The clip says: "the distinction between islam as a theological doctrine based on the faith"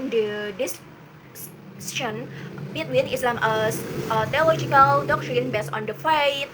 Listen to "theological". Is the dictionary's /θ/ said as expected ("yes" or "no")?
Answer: no